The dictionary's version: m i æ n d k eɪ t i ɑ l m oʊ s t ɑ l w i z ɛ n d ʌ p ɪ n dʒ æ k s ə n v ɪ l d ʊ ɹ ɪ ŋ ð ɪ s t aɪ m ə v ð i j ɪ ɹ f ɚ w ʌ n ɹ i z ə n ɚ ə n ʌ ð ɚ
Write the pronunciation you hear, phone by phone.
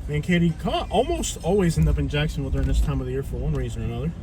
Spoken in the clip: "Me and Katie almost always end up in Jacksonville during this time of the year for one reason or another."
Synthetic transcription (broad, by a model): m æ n k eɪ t i ɑ l m oʊ s t ɑ l w i z ɛ n d ʌ p ɪ n dʒ æ k s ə n w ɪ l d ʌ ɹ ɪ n ð ɪ s t aɪ m ə v ð i j ɪ ɹ f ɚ w ʌ n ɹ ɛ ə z ɚ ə n ʌ ð ɚ